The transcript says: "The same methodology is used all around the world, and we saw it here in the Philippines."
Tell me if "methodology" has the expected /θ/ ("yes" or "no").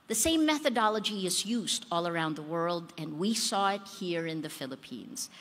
yes